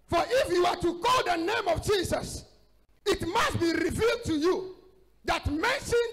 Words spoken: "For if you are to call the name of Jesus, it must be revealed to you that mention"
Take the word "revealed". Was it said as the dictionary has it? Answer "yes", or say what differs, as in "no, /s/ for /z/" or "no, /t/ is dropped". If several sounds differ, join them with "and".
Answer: yes